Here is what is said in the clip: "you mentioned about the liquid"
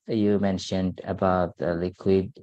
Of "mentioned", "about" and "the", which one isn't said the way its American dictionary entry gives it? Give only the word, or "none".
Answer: none